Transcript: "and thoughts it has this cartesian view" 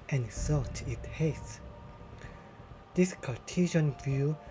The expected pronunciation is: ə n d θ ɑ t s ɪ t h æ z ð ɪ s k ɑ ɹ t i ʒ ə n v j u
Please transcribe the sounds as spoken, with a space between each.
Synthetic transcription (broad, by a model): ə n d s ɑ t ɪ t h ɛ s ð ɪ s k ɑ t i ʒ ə n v j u